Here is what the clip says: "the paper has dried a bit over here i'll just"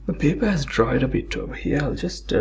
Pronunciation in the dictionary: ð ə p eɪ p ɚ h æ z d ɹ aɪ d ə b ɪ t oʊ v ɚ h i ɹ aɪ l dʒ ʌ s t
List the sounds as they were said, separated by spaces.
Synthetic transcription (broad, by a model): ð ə p eɪ p ɚ h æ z d ɹ aɪ d ə b ɪ t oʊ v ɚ h i ɹ aɪ l dʒ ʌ s t